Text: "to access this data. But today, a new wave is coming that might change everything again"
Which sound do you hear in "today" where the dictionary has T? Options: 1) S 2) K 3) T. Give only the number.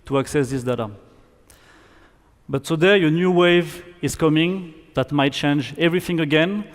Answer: 1